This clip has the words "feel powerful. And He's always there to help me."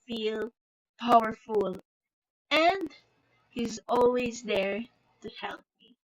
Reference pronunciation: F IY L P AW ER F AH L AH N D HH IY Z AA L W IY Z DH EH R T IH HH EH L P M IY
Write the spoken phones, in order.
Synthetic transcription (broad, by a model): F IY L P AW ER F AH L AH N HH IY Z AA L W IY Z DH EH R T IH HH EH L P M IY